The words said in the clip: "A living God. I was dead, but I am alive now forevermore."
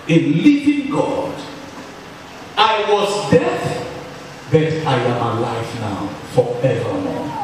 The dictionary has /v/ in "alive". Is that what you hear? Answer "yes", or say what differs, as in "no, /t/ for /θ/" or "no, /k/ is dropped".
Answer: no, /f/ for /v/